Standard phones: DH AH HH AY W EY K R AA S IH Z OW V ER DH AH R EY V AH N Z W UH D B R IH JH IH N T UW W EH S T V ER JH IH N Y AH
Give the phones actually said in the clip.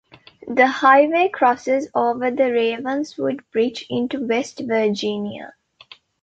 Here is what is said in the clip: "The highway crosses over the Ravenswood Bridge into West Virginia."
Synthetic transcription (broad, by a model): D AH HH AY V EY K R AA S IH Z OW V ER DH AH R EY V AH N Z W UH D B R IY CH IH N T UW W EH S T V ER JH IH N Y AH